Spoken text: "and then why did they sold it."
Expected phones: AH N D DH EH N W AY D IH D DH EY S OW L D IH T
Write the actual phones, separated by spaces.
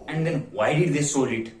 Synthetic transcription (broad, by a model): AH N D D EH N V AY D IH D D EY S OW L IH T